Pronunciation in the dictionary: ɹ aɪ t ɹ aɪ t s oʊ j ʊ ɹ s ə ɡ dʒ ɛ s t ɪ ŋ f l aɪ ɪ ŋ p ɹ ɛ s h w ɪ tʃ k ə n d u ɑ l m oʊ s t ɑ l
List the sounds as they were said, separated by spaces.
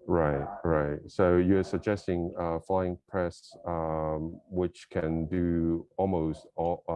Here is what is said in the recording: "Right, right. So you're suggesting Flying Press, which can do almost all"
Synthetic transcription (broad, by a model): ɹ aɪ t ɹ aɪ t s oʊ j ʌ ɹ s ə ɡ dʒ ɛ s t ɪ ŋ f l aɪ ɪ ŋ p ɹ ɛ s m w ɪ tʃ k ə n d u ɑ l m oʊ s t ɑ